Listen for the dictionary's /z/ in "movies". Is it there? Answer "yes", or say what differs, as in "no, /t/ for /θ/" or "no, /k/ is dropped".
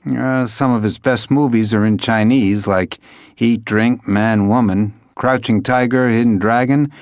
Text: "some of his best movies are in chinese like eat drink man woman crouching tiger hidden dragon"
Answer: yes